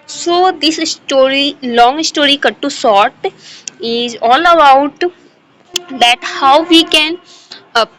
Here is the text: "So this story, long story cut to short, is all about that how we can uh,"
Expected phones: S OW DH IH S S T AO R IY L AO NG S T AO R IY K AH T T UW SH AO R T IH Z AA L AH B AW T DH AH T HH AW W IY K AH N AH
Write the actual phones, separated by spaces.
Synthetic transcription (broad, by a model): S OW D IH S S T AO R IY L AO NG S T AO R IY K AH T T UW S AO R T IH Z AA L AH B AW T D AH T HH AW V IY K AH N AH